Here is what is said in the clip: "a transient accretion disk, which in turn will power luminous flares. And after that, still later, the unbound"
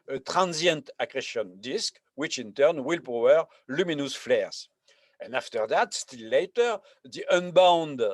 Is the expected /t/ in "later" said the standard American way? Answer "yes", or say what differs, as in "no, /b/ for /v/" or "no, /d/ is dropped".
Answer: yes